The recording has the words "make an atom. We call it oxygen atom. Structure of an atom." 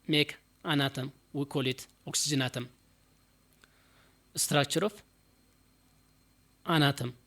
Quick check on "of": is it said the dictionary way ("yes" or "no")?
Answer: no